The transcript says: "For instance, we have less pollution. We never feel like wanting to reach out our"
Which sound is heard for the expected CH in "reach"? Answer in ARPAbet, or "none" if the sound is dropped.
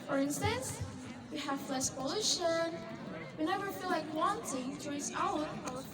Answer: S